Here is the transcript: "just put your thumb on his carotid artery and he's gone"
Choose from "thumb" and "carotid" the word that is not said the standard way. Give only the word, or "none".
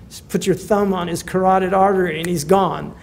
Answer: none